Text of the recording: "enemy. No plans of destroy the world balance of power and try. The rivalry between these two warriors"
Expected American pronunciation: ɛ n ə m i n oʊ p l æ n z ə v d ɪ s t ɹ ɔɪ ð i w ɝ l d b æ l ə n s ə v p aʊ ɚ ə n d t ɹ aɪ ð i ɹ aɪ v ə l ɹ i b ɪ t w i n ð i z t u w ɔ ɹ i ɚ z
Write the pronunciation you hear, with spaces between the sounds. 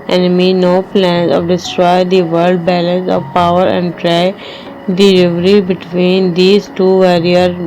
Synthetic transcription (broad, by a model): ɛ n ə m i n oʊ p l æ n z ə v d ɪ s t ɹ ɔɪ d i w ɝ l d b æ l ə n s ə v p aʊ ɚ ə n d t ɹ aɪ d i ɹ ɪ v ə ɹ i b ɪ t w i n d i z t u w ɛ ɹ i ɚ